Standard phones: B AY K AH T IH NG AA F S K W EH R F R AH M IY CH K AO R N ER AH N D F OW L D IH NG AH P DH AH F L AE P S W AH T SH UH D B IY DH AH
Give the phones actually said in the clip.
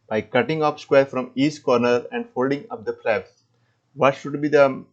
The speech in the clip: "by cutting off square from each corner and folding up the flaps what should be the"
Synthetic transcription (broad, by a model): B AY K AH T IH NG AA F S K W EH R F R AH M IY S K AO R N ER AH N D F OW L D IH NG AH P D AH P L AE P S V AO T SH UH D B IY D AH